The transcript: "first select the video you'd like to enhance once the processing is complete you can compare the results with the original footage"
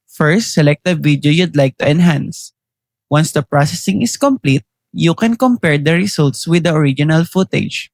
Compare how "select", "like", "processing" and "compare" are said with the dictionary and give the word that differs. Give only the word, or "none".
none